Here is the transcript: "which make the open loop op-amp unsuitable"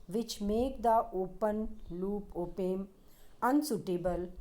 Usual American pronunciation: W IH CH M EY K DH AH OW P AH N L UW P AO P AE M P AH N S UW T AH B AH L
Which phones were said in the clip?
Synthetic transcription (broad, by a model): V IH CH M EY K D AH OW P AH N L UW P AO P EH M AH N S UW T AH B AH L